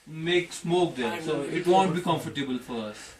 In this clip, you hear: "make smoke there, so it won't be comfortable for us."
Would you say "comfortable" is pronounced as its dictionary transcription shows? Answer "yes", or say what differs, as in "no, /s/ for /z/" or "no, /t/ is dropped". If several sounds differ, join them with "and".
yes